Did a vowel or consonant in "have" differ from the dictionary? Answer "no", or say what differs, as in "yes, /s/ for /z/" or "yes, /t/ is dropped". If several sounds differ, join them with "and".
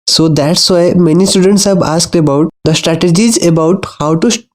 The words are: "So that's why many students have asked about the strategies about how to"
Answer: yes, /b/ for /v/